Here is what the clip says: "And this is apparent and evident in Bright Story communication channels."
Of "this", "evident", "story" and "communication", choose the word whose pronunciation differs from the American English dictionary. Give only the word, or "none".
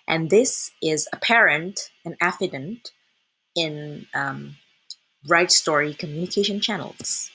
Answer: evident